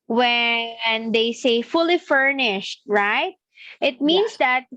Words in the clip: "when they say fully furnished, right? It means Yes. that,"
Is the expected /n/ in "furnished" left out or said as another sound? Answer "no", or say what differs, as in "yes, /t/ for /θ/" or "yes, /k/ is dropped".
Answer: no